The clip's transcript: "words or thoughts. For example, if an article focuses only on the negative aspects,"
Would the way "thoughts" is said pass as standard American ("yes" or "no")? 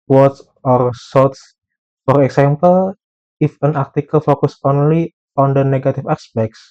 no